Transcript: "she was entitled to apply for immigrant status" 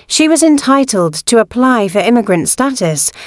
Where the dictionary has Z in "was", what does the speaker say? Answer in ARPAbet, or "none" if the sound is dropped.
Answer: Z